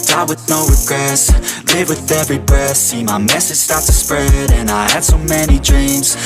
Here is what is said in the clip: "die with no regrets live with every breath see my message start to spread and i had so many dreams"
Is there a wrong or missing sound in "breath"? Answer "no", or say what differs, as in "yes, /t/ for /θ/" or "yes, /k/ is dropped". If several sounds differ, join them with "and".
yes, /ɹ/ is dropped